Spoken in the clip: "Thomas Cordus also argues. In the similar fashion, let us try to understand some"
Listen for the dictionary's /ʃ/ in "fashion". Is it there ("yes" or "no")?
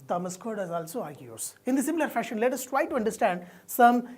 yes